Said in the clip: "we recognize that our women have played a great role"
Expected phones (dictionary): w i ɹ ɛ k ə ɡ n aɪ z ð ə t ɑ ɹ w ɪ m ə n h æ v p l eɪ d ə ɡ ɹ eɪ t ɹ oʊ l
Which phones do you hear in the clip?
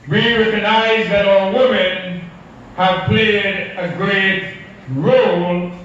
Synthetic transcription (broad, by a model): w i ɹ ɛ k ə ɡ n aɪ z ð ə t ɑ l w ɪ m ə n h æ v p l eɪ d ə ɡ ɹ eɪ t ɹ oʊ l